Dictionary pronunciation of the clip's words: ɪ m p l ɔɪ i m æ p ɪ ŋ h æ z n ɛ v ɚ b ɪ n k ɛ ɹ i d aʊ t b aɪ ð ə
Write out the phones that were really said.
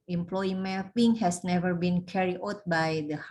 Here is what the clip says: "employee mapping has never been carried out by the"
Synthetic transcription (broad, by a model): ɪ m p l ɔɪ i m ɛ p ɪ ŋ h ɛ s n ɛ v ɚ b ɪ n k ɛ ɹ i aʊ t b aɪ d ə